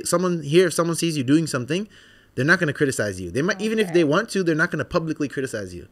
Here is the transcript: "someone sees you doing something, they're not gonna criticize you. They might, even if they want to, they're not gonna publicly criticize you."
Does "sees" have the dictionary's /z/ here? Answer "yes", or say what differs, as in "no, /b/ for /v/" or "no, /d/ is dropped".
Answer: yes